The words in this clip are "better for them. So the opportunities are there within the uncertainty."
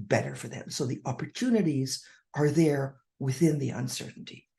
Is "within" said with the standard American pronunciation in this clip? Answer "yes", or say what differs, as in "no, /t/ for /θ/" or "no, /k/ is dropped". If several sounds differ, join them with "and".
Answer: yes